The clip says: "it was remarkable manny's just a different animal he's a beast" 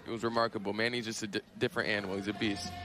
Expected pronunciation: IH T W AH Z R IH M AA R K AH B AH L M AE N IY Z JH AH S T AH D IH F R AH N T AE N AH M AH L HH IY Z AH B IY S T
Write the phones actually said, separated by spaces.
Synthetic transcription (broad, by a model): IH T W AH Z R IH M AA R K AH B L M AE N IY Z JH AH S T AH D IH F R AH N T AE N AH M L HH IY Z AH B IY S T